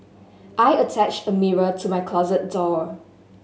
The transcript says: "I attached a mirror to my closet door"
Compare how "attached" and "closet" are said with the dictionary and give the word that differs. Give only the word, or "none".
none